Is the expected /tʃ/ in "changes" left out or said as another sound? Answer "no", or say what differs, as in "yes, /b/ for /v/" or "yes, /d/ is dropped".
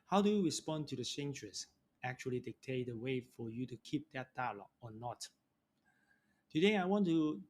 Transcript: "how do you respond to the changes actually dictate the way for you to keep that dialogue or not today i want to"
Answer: yes, /s/ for /tʃ/